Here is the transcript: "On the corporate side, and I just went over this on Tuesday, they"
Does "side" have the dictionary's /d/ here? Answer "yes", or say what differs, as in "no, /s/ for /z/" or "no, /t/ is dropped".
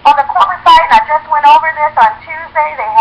no, /d/ is dropped